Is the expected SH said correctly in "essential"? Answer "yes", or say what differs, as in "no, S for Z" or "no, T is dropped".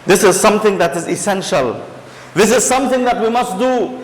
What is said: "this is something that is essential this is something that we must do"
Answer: yes